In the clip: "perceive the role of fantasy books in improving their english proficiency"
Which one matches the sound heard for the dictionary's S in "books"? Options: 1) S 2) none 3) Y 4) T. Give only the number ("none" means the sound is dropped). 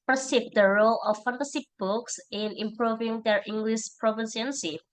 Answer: 1